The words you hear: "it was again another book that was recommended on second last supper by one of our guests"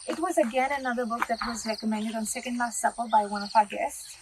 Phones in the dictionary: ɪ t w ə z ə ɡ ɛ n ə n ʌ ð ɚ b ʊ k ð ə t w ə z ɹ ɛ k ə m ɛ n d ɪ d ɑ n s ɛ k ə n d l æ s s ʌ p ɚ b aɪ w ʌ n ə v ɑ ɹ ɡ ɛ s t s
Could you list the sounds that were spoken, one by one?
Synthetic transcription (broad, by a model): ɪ t w ə z ə ɡ ɛ n ə n ʌ ð ɚ b ʊ k ð ə t w ə z ɹ ɛ k ə m ɛ n d ɪ d n s ɛ k ə n d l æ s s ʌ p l b aɪ w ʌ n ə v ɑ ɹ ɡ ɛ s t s